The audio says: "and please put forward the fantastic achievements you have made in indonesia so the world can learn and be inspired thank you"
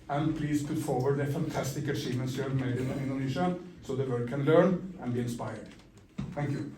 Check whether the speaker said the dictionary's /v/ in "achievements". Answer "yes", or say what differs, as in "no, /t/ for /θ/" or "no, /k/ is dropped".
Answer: no, /v/ is dropped